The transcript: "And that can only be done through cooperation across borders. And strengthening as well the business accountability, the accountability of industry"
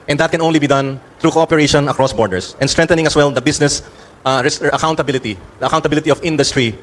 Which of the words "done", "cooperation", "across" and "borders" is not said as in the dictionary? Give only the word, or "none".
borders